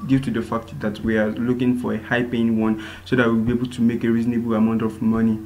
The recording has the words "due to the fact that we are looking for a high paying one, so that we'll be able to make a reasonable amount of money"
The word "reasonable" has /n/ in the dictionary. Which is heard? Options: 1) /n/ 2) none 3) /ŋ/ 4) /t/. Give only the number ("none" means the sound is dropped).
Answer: 1